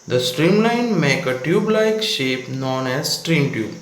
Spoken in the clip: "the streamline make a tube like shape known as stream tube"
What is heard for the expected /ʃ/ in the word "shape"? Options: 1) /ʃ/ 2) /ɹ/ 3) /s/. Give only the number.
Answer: 1